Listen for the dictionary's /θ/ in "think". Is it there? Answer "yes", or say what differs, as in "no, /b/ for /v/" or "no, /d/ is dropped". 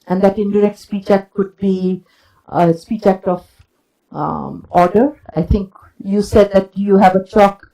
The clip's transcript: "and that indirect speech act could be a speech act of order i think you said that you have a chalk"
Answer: no, /t/ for /θ/